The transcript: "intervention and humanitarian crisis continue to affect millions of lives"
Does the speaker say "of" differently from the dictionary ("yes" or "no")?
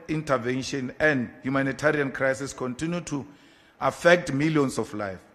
yes